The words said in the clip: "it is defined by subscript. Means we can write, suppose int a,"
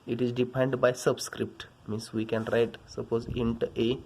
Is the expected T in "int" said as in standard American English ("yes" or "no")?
yes